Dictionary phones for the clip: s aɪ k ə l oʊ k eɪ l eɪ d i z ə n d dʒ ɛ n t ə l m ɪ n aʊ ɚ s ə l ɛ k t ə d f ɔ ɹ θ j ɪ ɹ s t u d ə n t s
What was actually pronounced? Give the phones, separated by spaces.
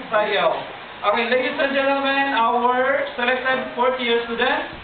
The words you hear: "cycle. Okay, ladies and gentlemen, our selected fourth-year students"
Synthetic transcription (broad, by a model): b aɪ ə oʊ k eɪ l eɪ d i s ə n dʒ ɛ n t ə l m ɪ n aʊ ɚ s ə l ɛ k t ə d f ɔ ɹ t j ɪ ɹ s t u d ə n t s